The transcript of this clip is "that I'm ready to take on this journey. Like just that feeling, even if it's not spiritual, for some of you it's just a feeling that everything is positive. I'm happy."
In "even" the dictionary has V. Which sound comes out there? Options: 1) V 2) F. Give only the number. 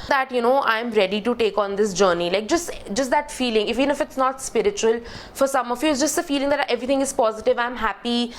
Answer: 2